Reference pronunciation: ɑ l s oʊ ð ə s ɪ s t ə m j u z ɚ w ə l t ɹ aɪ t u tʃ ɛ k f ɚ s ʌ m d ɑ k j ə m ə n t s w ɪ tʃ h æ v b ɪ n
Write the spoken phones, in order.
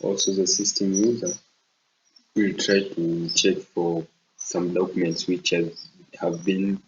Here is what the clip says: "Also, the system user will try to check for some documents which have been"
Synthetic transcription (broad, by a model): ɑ l s oʊ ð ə s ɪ s t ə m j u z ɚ w ə l t ɹ aɪ t u tʃ ɛ k f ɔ s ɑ m d ɑ k j ə m ə n t s w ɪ tʃ h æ v b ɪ n